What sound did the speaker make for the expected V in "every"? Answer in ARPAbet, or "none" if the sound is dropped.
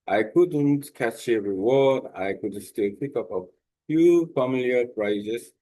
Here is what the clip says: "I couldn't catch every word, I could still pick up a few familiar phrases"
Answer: none